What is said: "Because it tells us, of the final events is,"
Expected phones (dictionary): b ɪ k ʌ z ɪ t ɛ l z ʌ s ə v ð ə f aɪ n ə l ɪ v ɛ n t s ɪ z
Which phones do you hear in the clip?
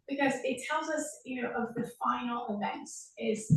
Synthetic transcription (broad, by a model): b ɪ k ʌ z ɪ t ɛ l z ʌ s ə v ð ə f aɪ n l ɪ v ɛ n t s ɪ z